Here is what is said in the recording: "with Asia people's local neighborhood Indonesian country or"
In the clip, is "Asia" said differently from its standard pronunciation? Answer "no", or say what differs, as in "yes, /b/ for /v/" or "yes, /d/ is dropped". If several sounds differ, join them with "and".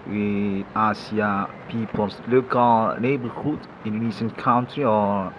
yes, /s/ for /ʒ/